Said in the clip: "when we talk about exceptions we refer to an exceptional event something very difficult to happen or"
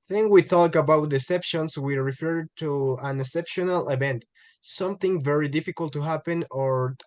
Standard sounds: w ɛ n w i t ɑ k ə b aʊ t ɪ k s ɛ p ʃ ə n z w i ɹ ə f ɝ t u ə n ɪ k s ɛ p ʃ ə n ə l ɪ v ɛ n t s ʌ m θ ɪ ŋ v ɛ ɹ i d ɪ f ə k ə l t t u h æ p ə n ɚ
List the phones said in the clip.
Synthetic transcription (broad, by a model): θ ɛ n w i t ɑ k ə b aʊ t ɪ s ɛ p ʃ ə n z w i ɹ ə f ɝ t u ə n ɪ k s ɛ p ʃ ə n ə l ɪ v ɛ n t s ʌ m θ ɪ ŋ v ɛ ɹ i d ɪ f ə k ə l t t u h æ p ə n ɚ